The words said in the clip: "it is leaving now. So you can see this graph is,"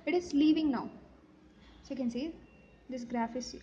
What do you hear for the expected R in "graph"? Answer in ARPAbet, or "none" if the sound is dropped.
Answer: R